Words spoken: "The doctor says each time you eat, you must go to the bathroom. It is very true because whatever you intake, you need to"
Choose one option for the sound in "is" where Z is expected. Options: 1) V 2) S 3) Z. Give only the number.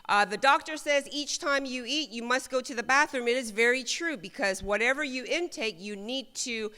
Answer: 3